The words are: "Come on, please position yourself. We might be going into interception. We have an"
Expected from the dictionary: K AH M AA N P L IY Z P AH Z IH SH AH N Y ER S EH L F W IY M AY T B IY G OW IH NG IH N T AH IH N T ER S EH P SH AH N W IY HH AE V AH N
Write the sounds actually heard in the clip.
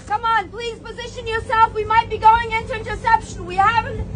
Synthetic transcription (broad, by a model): K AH M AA N P L IY Z P AH Z IH SH AH N Y ER S EH L F W IY M AY T B IY G OW IH NG IH N T AH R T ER S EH P SH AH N W IY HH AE V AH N